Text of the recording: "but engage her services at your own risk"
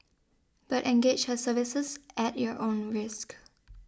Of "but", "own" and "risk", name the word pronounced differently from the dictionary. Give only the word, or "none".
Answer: none